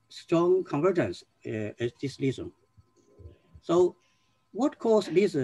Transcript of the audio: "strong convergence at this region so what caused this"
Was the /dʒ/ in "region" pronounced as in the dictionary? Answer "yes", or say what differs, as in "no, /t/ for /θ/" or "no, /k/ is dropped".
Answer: no, /z/ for /dʒ/